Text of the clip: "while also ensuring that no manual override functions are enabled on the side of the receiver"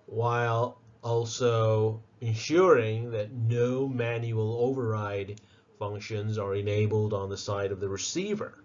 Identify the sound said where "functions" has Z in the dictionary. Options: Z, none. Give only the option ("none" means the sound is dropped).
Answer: Z